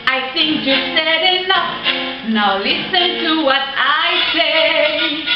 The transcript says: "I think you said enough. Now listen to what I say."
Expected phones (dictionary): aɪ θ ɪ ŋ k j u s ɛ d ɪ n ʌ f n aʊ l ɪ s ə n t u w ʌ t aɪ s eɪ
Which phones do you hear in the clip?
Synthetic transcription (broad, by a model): aɪ θ ɪ ŋ k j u s ɛ d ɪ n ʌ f n aʊ l ɪ s ə n t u w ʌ t aɪ s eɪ